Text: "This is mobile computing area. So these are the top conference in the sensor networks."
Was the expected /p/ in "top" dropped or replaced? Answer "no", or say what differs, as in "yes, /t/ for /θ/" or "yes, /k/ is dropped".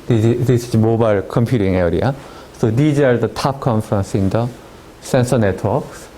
no